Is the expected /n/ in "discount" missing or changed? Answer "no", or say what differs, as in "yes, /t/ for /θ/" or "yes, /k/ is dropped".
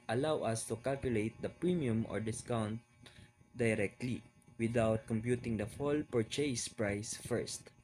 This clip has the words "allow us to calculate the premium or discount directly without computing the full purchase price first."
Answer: no